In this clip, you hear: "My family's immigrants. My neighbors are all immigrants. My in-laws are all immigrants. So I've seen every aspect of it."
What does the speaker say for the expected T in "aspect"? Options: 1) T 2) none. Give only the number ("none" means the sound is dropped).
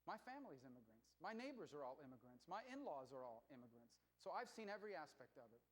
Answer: 1